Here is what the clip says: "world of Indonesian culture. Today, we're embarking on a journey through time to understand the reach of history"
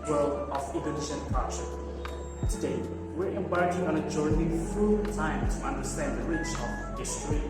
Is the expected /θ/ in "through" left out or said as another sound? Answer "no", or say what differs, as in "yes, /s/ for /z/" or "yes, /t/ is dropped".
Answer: yes, /f/ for /θ/